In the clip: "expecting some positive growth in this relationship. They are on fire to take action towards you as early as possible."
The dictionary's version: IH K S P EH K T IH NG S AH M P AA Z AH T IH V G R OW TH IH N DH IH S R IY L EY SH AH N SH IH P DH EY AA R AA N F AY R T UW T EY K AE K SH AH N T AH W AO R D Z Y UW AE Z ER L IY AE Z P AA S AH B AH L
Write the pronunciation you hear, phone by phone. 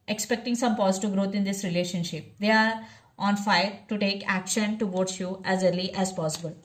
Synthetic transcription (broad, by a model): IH K S P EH K T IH NG S AH M P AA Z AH T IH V G R OW T IH N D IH S R IY L EY SH AH N SH IH P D EY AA R AA N F AY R T UW T EY K AE K SH AH N T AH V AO R D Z Y UW AE Z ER L IY AE Z P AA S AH B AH L